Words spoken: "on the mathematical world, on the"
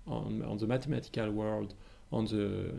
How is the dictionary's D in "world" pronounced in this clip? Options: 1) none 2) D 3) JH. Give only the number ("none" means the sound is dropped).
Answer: 2